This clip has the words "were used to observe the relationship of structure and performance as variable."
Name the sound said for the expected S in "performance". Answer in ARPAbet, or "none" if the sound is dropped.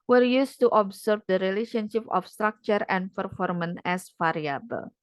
none